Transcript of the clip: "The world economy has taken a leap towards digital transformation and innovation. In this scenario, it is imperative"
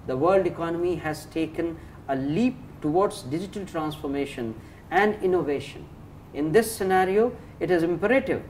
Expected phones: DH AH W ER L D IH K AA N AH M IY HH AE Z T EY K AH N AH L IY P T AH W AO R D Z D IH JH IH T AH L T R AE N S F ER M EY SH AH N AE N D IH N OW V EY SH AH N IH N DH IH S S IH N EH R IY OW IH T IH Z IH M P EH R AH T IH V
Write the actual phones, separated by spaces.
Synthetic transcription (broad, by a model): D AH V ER L D IH K AA N AH M IY HH AE Z T EY K AH N AH L IY P T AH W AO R D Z D IH JH IH T AH L T R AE N S F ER M EY SH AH N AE N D IH N OW V EY SH AH N IH N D IH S S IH N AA R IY OW IH T IH Z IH M P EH R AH T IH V